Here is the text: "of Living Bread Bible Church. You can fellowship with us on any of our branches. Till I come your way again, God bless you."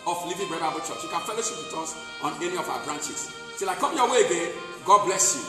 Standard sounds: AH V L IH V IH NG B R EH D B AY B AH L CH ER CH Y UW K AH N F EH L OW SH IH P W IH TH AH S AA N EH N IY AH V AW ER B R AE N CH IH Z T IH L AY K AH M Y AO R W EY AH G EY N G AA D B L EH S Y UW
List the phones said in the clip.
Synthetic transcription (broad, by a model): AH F L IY V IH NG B EH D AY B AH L CH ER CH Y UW K AH N F EH L OW SH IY P W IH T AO S AA N EH N IY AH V AW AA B R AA N CH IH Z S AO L AY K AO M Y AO W EY AH G EY N G AA D B L EH S Y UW